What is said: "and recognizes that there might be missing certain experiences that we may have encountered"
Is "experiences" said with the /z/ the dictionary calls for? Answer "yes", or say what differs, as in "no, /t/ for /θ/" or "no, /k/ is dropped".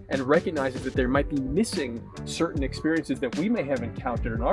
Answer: yes